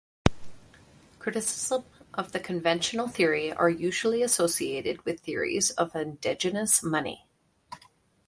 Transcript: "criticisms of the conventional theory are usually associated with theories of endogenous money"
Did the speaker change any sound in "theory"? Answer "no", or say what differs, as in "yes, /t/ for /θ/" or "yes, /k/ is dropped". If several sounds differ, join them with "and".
no